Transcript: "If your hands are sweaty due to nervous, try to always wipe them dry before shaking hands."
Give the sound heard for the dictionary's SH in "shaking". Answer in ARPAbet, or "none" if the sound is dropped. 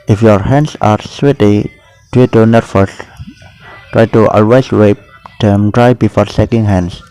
S